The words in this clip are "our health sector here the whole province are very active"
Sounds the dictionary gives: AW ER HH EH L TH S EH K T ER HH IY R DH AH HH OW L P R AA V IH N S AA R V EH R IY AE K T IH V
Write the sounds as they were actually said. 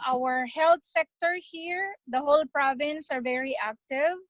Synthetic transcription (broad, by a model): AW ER HH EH L T S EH K T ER HH IY R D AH HH OW L P R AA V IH N S AA R V EH R IY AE K T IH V